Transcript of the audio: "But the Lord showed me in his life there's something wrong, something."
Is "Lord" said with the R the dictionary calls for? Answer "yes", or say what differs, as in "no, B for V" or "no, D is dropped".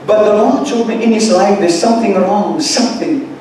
no, L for R